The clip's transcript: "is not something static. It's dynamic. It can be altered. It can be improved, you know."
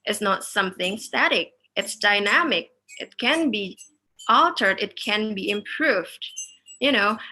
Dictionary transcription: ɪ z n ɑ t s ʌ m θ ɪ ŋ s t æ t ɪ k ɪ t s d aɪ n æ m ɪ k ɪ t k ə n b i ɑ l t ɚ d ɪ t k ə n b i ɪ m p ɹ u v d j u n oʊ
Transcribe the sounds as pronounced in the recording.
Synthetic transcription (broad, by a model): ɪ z n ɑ t s ʌ m θ ɪ ŋ s t æ t ɪ k ɪ t s d aɪ n æ m ɪ k ɪ t k ə n b i ɑ l t ɚ d ɪ t k ə n b i ɪ m p ɹ u v d j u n oʊ